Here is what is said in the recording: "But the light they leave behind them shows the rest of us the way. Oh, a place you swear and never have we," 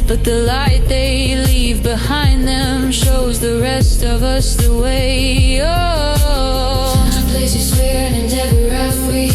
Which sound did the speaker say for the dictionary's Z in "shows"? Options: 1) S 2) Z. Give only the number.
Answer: 2